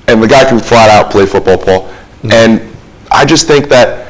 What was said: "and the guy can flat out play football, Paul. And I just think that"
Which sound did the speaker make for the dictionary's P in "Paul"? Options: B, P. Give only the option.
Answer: P